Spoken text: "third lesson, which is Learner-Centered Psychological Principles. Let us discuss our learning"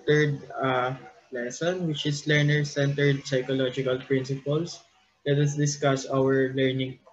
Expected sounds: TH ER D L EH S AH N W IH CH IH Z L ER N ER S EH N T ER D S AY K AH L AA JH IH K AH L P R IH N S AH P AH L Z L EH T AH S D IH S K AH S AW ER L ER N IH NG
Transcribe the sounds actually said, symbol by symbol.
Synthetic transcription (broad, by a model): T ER D L EH S AH N W IH CH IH S L ER N ER S EH N T ER D S AY K AH L AA JH IH K AH L P R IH N S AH P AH L S L EH T AH S D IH S K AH S AW ER L ER N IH NG